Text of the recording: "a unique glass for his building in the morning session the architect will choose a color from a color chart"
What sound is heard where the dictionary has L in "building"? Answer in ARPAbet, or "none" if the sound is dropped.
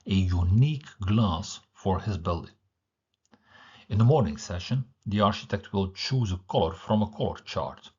L